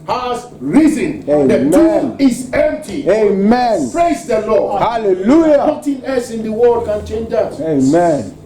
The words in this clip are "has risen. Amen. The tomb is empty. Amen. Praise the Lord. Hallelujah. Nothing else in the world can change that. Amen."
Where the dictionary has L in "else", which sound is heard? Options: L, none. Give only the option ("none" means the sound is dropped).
none